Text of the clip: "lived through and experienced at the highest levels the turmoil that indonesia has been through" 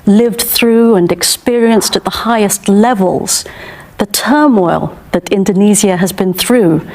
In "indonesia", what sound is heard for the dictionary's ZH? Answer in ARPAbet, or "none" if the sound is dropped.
Z